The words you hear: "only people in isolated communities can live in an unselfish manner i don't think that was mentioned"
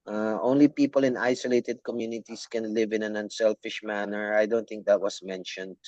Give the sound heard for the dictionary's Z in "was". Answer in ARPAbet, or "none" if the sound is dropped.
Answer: S